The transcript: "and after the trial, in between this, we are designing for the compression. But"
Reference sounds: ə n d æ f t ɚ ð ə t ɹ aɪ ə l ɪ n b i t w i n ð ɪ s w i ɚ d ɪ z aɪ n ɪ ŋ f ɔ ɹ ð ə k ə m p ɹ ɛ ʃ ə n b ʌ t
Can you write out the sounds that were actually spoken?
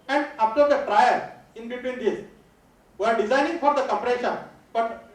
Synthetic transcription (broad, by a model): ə n d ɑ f t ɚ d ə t ɹ aɪ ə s ɪ n b i t w i n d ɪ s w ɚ d ɪ z aɪ n ɪ ŋ f ɔ ɹ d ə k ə p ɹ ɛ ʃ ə n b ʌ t